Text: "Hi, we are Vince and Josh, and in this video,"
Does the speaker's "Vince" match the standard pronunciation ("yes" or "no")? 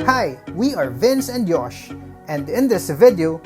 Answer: yes